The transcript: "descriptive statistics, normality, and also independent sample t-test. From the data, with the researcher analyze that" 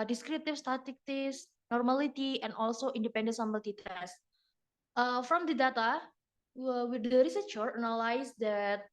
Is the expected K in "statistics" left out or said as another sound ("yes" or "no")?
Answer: yes